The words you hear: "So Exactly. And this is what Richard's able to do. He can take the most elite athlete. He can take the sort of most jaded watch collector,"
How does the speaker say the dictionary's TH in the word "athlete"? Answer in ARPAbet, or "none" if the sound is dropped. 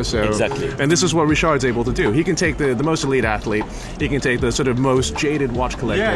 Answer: TH